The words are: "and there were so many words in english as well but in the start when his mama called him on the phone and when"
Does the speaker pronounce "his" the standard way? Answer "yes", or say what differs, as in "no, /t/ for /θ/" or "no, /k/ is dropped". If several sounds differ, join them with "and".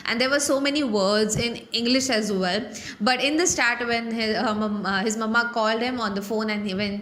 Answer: yes